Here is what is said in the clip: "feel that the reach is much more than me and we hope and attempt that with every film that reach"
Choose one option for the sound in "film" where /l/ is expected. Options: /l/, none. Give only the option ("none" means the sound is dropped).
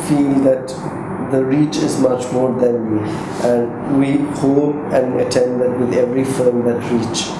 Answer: none